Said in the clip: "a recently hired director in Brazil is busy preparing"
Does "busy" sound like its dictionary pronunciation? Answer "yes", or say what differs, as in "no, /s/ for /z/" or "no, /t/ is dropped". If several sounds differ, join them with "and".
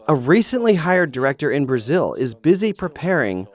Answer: yes